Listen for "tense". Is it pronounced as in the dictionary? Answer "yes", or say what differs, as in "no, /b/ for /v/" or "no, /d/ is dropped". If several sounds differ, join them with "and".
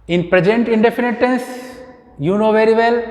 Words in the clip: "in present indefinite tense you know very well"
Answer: yes